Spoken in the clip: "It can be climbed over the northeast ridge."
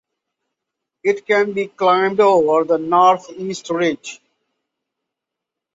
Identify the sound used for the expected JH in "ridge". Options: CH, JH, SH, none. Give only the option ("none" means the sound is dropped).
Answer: JH